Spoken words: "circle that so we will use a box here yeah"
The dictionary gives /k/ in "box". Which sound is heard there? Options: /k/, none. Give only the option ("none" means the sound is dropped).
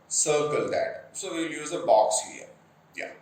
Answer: /k/